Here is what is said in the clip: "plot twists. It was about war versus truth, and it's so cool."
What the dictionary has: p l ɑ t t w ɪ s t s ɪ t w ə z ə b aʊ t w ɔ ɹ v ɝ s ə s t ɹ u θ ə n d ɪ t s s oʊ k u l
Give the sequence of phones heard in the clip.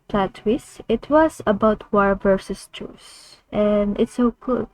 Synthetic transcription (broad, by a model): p l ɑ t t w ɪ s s ɪ t w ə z ə b aʊ t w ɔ ɹ v ɝ s ə s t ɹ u s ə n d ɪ t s s oʊ k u l